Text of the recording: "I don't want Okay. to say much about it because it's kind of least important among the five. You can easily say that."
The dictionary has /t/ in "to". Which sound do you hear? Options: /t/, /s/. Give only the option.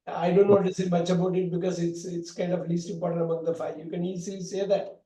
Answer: /s/